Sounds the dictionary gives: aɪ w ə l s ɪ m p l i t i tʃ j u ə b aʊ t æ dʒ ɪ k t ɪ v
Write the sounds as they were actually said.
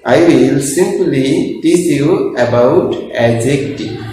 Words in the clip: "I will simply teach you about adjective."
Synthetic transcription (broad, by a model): aɪ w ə l s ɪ m p l i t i s j u ə b aʊ t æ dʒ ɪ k t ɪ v